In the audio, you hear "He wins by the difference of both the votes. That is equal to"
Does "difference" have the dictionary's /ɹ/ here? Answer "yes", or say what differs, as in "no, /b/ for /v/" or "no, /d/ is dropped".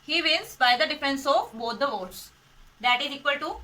no, /ɹ/ is dropped